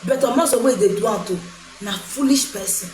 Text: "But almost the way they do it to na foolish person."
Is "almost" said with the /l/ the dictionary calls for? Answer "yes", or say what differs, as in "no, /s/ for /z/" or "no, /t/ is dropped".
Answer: no, /l/ is dropped